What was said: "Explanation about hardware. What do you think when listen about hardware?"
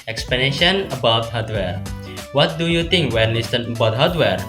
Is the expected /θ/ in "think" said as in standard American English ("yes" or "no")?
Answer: no